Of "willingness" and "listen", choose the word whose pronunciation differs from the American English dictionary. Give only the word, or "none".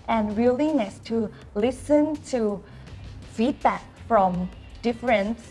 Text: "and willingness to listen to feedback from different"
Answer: willingness